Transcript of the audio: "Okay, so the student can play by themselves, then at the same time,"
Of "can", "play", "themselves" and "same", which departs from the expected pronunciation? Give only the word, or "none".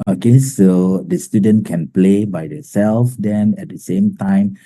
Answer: themselves